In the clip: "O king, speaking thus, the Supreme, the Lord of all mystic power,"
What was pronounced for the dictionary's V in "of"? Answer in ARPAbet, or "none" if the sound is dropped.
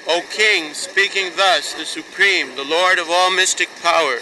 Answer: V